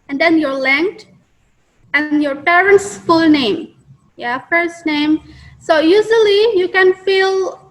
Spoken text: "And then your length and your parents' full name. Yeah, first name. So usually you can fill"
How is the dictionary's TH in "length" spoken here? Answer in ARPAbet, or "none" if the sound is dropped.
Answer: T